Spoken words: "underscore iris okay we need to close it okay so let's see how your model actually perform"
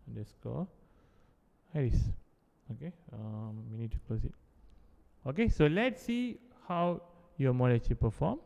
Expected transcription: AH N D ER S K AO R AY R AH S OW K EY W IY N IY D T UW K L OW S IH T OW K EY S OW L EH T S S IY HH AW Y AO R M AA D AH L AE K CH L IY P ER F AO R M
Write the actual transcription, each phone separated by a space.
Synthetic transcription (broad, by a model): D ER S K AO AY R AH S OW K EY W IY N IY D T UW K L OW S IH T OW K EY S OW L EH T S S IY HH AW Y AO M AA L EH CH IY P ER F AO M